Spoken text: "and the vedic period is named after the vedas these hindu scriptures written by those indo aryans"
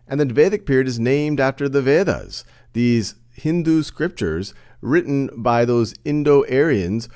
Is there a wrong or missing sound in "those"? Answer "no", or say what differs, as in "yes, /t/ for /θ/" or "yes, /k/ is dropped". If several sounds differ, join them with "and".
no